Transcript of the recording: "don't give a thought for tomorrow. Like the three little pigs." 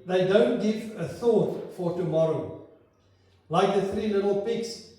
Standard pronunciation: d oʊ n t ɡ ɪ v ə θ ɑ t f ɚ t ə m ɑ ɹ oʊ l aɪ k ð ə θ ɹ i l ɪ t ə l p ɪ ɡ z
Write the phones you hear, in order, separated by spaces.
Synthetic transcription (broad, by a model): d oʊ n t ɡ ɪ v ə θ ɑ t f ɚ t ə m ɑ ɹ oʊ l aɪ k ð ə θ ɹ i n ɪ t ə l p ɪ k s